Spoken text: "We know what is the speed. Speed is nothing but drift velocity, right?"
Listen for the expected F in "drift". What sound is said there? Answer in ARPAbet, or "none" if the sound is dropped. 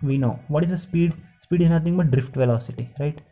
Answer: F